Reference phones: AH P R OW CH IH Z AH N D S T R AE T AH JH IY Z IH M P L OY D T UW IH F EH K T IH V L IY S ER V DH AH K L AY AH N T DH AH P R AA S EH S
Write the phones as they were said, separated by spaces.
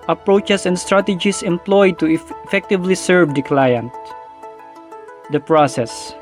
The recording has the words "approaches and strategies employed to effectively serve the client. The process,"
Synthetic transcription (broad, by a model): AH P R OW CH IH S AH N D S T R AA T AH JH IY S IH M P L OY D T UW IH F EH K T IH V L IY S ER V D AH K L AY AH N T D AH P R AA S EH S